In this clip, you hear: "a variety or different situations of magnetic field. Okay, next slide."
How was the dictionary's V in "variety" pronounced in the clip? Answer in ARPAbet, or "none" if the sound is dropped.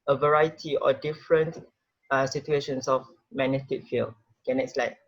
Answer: V